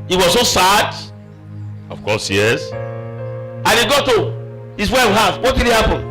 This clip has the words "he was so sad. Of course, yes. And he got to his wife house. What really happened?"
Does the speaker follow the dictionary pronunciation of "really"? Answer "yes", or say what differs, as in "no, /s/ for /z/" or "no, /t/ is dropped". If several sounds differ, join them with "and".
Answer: no, /n/ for /l/